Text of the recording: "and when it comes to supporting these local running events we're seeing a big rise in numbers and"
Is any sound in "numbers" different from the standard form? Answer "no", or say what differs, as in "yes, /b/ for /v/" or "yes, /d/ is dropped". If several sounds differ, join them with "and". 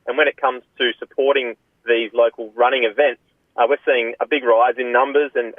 no